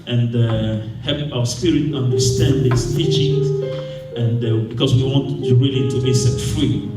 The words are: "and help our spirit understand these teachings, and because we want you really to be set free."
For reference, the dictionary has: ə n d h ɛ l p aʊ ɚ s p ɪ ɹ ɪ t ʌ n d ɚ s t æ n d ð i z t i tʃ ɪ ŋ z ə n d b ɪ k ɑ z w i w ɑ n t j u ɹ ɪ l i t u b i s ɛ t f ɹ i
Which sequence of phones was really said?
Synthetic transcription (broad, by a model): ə n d h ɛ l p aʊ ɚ s p ɪ ɹ ɪ t ʌ n d ɚ s t æ n d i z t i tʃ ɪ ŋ ə n d b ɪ k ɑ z w i w ɑ n t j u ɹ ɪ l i t u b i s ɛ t f ɹ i